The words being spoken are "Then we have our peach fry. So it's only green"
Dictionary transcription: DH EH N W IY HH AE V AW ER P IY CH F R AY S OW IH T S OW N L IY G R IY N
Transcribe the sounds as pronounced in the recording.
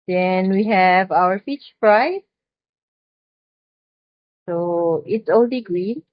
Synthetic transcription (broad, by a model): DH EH N W IY HH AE V AW ER F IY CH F R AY S OW IH T S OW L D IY G R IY